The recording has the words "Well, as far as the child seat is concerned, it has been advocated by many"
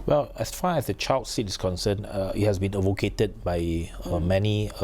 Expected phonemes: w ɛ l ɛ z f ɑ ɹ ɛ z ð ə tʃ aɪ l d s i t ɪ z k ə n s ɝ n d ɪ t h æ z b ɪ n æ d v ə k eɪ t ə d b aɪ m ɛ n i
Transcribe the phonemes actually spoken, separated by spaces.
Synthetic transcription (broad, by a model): w ɛ l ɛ s f ɑ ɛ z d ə tʃ aɪ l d s i t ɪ s k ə n s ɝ n ɪ t h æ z b ɪ n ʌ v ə k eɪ t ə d b aɪ m ɛ n i